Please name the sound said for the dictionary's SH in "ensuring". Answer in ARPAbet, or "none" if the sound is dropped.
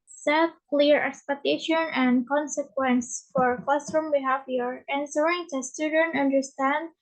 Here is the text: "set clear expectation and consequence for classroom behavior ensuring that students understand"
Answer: S